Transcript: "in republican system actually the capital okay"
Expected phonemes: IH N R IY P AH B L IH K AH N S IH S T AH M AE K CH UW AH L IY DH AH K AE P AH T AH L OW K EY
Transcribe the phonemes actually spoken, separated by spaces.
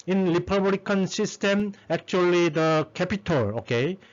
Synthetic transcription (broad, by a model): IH N L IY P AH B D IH K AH N S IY S T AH M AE K CH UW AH L IY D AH K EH P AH T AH L OW K EY